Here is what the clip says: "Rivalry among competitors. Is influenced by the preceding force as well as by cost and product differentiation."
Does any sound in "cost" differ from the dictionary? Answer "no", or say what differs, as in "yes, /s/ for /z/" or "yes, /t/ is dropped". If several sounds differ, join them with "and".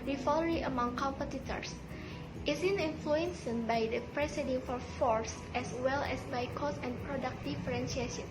yes, /t/ is dropped